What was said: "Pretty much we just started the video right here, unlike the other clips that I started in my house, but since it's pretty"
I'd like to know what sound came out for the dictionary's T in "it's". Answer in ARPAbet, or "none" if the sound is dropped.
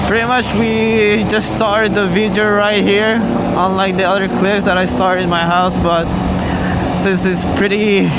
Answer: T